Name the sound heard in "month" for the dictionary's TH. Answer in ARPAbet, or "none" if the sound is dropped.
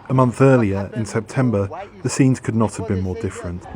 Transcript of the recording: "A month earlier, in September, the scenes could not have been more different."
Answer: TH